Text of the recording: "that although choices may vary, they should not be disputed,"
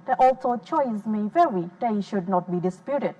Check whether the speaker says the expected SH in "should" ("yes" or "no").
yes